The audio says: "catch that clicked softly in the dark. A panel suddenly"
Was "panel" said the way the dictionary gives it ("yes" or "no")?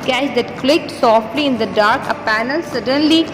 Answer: yes